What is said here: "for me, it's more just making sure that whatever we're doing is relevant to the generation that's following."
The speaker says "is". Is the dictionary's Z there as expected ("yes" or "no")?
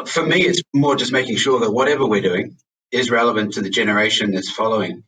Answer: yes